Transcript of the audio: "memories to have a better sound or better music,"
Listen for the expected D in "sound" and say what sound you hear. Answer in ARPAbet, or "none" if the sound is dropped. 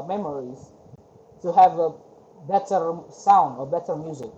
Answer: D